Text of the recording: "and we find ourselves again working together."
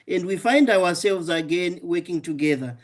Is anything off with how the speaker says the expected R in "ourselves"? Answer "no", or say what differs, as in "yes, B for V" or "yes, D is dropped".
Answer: yes, W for R